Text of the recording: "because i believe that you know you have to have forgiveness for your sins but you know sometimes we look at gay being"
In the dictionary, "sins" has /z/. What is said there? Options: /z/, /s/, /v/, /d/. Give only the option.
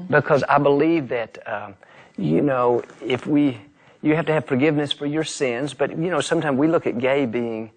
/z/